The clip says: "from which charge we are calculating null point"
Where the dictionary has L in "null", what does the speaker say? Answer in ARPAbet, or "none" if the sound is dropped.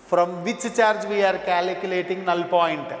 L